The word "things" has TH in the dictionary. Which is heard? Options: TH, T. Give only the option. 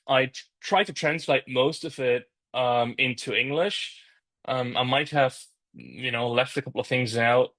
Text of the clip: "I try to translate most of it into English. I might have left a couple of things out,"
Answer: TH